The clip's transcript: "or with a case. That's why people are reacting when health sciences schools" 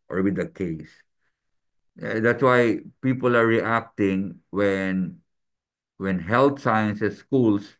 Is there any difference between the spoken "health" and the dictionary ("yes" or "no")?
yes